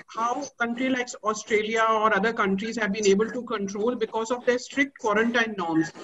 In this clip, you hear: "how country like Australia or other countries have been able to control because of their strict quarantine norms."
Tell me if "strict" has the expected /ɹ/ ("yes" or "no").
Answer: yes